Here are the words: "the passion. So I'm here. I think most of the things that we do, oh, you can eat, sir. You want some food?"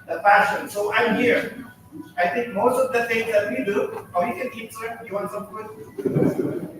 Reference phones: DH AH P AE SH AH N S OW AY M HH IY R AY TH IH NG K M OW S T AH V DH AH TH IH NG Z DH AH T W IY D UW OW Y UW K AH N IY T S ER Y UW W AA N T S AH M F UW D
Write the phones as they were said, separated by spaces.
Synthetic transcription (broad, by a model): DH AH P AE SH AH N S OW AY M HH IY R AY T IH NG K M OW S T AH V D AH T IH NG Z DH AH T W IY D UW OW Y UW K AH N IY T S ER Y UW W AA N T S AH M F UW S